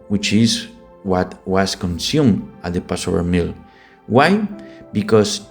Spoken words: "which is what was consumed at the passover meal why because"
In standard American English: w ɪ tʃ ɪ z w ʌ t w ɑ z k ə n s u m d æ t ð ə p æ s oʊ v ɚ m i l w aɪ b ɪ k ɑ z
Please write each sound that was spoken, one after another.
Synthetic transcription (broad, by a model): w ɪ tʃ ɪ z w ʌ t w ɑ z k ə n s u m ɑ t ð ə p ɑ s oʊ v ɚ m i l w aɪ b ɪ k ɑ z